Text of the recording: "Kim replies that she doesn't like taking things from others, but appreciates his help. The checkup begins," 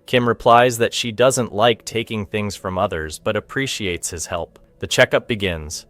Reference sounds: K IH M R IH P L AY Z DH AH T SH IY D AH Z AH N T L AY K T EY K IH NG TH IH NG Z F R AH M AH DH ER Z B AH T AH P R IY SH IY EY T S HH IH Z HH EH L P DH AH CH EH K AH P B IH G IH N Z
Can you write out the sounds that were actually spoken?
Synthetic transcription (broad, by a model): K IH M R IH P L AY Z DH AH T SH IY D AH Z AH N T L AY K T EY K IH NG TH IH NG Z F R AH M AH DH ER Z B AH T AH P R IY SH IY EY T S HH IH Z HH EH L P DH AH CH EH K AH P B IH G IH N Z